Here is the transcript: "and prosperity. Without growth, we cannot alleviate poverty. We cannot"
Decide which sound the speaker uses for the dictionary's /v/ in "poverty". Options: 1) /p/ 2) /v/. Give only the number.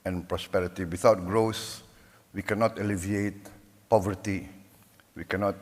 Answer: 2